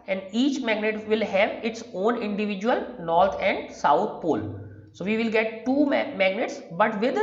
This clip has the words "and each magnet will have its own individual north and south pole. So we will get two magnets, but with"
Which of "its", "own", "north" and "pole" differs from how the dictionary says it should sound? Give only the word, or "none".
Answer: north